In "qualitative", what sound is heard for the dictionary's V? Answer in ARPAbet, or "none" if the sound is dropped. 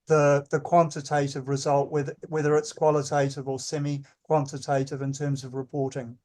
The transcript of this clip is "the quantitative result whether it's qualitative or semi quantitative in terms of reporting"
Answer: V